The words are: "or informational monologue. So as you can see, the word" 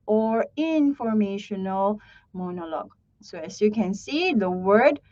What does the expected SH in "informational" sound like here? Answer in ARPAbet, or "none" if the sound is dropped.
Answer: SH